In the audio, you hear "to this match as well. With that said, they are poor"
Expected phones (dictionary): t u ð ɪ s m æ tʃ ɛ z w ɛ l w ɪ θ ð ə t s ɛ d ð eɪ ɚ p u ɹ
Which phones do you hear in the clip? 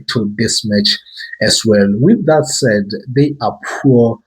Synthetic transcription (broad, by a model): t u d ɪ s m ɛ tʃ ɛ s w ɛ l w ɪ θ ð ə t s ɛ d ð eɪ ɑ p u